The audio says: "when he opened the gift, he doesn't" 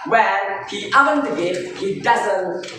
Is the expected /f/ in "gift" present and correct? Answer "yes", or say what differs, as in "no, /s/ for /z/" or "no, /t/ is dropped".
no, /f/ is dropped